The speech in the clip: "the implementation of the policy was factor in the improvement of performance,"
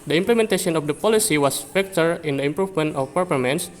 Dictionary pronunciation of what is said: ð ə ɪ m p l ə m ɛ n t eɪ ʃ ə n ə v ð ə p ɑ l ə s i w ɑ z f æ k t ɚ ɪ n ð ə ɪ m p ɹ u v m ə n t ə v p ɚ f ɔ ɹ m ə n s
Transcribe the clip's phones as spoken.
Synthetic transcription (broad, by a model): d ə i m p l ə m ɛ n t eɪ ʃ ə n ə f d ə p ɑ l ə s i w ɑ s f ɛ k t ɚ ɪ n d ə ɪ m p ɹ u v m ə n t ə f p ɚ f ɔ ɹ m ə n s